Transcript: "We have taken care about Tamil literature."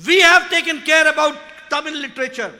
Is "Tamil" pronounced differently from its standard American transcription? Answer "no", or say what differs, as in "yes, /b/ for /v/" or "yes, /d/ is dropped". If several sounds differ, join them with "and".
yes, /n/ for /l/